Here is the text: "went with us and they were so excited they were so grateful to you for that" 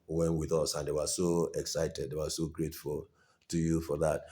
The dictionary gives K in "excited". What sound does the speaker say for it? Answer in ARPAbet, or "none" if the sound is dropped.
K